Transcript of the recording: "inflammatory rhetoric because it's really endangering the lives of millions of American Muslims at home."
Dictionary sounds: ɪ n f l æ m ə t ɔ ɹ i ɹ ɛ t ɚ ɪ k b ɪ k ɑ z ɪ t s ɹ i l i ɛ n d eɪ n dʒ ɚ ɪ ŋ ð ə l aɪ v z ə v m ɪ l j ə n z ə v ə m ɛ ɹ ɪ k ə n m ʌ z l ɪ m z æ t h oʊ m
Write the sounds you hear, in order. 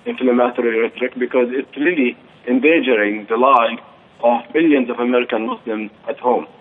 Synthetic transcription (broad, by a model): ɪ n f l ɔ m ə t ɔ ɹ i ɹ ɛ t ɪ k b ɪ k ɑ z ɪ t s ɹ i l i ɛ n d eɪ dʒ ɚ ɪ ŋ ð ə l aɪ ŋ ə v m ɪ l j ə n z ə v ə m ɛ ɹ ɪ k ə n m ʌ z l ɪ m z æ t h oʊ m